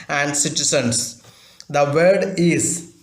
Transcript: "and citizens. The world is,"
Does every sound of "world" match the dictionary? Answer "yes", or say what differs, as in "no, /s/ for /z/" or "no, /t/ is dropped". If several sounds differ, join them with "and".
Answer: no, /l/ is dropped